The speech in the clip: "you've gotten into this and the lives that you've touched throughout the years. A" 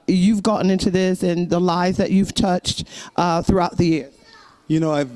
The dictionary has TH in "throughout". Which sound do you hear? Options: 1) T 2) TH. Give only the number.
2